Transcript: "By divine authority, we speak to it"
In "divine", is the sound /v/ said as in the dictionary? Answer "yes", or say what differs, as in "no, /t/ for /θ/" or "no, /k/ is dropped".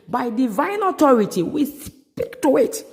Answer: yes